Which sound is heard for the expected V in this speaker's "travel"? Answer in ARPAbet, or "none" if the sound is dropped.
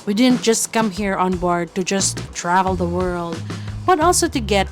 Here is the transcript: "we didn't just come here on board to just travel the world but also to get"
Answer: V